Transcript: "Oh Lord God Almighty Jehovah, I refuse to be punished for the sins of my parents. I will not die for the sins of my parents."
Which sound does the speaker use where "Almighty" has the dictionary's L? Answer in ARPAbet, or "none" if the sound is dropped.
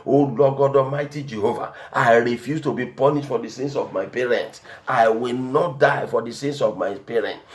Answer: none